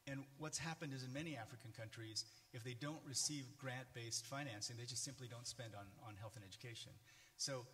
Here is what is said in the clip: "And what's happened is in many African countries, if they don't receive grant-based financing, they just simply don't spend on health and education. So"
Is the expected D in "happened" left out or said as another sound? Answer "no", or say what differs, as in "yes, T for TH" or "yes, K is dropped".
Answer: no